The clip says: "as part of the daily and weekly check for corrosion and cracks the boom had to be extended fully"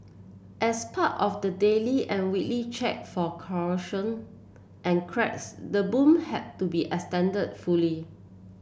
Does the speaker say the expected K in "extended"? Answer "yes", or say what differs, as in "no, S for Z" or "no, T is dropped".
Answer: no, K is dropped